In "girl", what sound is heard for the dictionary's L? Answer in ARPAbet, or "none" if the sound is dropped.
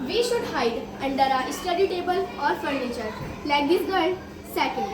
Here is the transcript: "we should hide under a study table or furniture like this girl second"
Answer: N